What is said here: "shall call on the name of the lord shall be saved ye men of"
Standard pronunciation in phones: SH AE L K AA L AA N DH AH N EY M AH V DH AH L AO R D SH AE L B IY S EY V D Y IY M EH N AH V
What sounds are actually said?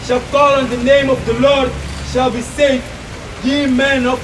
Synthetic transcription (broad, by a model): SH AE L K AA L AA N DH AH N EY M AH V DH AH L AO R D SH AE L B IY S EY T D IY M EH N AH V